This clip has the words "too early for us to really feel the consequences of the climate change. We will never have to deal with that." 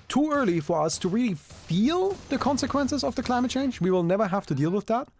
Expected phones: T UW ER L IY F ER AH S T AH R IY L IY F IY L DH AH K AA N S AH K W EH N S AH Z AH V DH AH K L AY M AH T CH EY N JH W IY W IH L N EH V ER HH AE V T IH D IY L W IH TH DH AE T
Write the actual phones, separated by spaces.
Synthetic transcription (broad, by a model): T UW ER L IY F ER AH S T AH R IY L IY F IY L DH AH K AA N S AH K W EH N S AH Z AH V DH AH K L AY M AH T CH EY N JH W IY W IH L N EH V ER HH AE F T IH D IY L W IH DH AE T